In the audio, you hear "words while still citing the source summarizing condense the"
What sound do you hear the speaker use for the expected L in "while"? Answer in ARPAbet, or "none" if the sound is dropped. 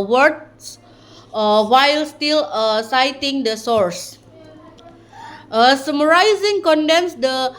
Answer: L